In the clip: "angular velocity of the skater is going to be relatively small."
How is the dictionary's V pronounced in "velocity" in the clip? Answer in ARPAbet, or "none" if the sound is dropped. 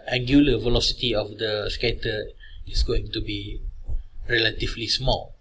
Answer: V